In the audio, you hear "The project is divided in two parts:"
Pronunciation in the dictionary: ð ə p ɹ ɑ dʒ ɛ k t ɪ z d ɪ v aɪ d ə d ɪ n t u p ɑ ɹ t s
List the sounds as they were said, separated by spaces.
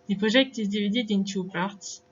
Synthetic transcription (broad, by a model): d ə p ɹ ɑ ʒ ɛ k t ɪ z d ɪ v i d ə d ɪ n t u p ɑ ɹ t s